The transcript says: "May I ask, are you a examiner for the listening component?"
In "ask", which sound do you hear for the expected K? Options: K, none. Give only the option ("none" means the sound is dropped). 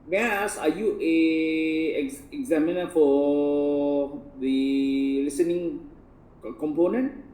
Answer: none